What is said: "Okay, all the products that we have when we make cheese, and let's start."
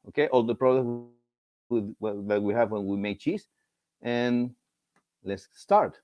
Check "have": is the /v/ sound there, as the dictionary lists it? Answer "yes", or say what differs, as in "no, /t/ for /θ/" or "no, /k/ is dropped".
yes